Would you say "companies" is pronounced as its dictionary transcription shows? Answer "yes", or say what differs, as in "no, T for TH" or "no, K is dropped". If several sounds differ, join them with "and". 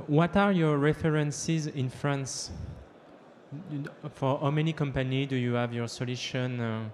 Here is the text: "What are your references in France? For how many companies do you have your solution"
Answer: no, Z is dropped